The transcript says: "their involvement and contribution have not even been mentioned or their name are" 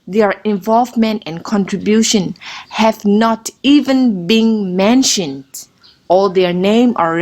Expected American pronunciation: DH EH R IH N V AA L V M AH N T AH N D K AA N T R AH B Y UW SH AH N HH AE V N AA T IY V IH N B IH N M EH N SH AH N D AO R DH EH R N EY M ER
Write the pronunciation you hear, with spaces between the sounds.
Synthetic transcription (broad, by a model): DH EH R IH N V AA L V M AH N T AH N K AA N T R AH B Y UW SH AH N HH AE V N AA T IY V IH N B IH N M EH N SH AH N D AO L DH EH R N EY M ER